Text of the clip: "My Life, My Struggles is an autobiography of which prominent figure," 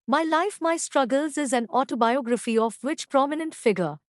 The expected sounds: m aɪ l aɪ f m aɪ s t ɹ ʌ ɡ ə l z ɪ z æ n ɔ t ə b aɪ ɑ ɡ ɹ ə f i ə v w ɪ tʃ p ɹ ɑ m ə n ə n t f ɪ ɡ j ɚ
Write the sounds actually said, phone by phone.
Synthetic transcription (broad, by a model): m aɪ l aɪ f m aɪ s t ɹ ʌ ɡ ə l z ɪ z æ n ɔ t ə b aɪ ɑ ɡ ɹ ə f i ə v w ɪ tʃ p ɹ ɑ m ə n ə n t f ɪ ɡ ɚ